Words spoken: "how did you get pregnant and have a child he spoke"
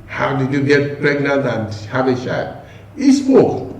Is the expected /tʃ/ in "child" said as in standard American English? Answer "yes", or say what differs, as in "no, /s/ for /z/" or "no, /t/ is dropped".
no, /ʃ/ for /tʃ/